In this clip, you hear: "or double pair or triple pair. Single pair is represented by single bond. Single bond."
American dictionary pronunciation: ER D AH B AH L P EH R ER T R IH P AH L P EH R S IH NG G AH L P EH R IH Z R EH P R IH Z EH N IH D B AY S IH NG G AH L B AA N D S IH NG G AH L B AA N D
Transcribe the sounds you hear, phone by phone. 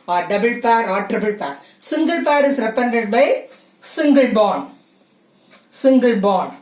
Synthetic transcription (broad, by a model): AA D AH B AH L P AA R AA T R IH B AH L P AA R S IH NG G AH L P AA R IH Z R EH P IH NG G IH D B AY S IH NG G AH L B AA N S IH NG G AH L B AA N